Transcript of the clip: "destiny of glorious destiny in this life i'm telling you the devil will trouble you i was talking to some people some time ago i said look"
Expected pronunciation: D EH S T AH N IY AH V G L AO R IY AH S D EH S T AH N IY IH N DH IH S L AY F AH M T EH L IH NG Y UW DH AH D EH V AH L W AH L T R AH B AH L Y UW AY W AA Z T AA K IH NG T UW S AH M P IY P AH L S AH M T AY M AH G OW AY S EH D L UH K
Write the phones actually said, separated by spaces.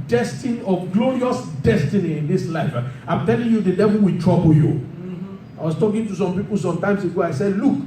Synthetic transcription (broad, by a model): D EH S T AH N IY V G L AO R IY AH S D EH S T AH N IY IH N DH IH S L AY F AH M T EH L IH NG Y UW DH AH D EH V AH L W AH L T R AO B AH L Y UW AY W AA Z T AA K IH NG T UW S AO M P IY P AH L S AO M T AY M AH G OW AY S EH D L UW K